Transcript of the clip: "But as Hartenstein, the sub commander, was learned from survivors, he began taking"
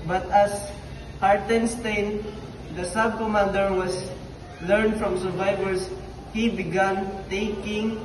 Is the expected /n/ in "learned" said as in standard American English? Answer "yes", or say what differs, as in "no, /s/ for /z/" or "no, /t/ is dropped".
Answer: yes